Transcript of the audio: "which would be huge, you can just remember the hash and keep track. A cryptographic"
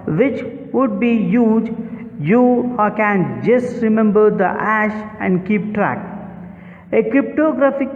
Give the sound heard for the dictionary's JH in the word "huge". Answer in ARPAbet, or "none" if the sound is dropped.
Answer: JH